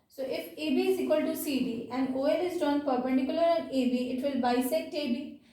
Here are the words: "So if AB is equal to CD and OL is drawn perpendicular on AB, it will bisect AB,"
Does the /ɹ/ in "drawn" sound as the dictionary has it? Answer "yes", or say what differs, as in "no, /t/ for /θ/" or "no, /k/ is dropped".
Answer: no, /ɹ/ is dropped